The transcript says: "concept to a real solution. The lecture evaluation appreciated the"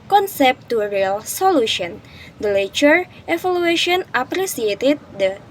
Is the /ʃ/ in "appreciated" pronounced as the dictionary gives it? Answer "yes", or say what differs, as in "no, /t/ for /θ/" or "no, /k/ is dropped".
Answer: no, /s/ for /ʃ/